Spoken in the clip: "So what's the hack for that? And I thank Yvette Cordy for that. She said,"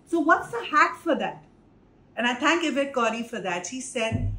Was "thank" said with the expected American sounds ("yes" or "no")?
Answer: no